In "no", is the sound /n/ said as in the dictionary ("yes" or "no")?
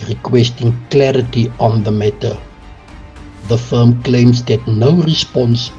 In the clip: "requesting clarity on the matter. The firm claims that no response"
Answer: yes